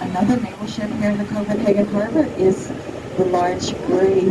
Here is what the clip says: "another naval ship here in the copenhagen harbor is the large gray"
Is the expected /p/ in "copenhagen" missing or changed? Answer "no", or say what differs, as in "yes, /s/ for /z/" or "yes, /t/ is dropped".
yes, /f/ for /p/